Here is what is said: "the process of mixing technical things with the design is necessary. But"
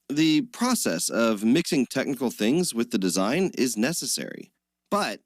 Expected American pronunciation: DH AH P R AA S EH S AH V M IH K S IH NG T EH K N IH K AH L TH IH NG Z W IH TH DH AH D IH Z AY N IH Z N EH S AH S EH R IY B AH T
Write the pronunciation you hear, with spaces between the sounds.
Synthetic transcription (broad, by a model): DH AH P R AA S EH S AH V M IH K S IH NG T EH K N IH K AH L TH IH NG Z W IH DH AH D IH Z AY N IH Z N EH S AH S EH R IY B AH T